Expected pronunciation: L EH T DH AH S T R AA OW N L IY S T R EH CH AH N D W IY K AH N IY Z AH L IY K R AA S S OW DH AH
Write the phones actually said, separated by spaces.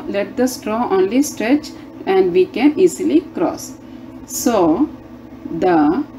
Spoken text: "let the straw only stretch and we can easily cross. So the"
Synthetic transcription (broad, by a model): L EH T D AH S T R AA OW N L IY S T R EH CH AH N D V IY K AH N IY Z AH L IY K R AA S S OW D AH